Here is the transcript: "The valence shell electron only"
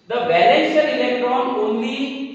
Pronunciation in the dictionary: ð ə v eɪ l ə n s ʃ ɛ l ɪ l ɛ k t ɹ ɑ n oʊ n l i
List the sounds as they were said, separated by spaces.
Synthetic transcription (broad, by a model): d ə b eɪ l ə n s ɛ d ɪ l ɛ k t ɹ ɑ n oʊ n l i